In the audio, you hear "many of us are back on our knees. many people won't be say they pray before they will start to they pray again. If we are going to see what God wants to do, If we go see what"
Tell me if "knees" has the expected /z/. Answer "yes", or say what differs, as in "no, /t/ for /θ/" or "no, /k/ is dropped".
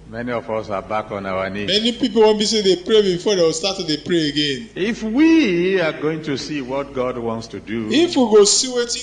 no, /z/ is dropped